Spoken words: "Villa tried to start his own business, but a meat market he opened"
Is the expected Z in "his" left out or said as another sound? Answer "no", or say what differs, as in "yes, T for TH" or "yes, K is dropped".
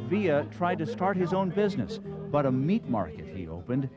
no